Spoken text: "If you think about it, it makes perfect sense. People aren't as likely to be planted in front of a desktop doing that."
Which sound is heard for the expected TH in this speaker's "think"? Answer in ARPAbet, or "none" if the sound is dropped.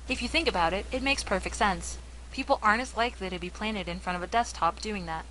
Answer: TH